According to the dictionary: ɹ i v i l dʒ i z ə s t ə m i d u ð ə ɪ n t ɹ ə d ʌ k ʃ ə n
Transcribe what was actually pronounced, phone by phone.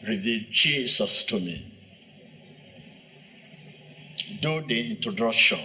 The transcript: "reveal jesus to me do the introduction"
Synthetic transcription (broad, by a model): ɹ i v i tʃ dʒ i s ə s t ə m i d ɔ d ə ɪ n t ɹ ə d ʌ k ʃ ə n